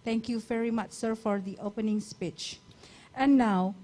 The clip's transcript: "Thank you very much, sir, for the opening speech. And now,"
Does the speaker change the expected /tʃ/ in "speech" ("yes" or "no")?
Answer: no